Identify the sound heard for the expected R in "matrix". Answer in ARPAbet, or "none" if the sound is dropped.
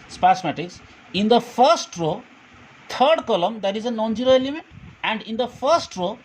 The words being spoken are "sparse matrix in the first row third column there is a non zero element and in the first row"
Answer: none